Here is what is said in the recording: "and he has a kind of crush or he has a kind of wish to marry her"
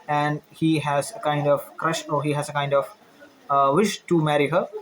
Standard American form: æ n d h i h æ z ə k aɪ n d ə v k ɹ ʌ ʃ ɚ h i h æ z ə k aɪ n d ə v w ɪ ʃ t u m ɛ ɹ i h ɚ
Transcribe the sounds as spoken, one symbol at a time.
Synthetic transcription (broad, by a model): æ n d h i h æ z ə k aɪ n d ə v k ɹ ʌ ʃ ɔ h i h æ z ə k aɪ n d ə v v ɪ ʃ t u m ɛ ɹ i h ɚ